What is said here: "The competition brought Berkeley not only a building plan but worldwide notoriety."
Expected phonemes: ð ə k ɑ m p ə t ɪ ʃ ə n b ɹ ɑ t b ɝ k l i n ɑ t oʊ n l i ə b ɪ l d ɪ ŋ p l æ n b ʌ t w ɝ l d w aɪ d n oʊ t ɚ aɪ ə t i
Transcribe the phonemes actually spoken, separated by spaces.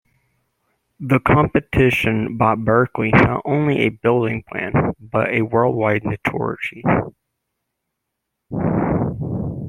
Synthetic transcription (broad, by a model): ð ə k ɑ m p ə t ɪ ʃ ə n b ɑ t b ɝ k l i n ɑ t oʊ n l i ə b ɪ l d ɪ ŋ p l æ n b ʌ t w ɝ l d w aɪ d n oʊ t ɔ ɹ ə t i